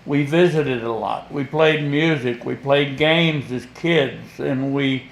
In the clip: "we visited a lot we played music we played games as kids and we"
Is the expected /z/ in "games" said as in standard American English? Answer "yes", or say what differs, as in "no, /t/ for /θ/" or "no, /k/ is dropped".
yes